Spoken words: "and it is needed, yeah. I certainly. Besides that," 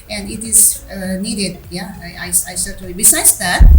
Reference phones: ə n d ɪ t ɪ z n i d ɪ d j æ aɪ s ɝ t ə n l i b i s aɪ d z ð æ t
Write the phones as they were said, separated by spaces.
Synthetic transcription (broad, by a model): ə n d ɪ t ɪ z n i d ɪ d j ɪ aɪ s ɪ s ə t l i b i s aɪ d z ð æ t